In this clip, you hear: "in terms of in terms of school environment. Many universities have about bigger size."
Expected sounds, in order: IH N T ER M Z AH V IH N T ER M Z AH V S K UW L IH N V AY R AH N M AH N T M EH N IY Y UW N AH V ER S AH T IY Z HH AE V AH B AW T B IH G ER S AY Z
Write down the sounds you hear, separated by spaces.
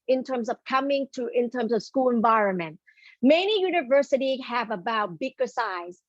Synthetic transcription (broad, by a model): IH N T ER M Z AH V IH N T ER M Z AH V S K UW L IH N V AY R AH N M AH N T M EH N IY Y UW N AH V ER S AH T IY HH AE V AH B AW T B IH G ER S AY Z